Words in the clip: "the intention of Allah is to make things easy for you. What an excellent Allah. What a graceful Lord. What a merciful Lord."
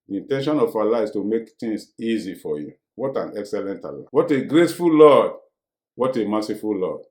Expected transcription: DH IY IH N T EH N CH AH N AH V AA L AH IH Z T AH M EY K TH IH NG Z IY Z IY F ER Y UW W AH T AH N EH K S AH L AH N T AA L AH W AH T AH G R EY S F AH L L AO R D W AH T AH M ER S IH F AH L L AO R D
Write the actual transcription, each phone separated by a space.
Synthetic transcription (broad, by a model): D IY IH N T EH N SH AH N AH F AA L AH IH S T AH M EY K T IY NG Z IY Z IY F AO Y UW W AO T AH N EH K S AH L AH N T AA L AH W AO T AH G R EY S F AH L L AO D W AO T AH M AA S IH F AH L L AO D